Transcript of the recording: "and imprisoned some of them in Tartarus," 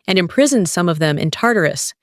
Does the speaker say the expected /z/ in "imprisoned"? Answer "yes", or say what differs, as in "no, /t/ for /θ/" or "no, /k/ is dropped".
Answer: yes